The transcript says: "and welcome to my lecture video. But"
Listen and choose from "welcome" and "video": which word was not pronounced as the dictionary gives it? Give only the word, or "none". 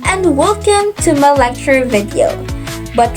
none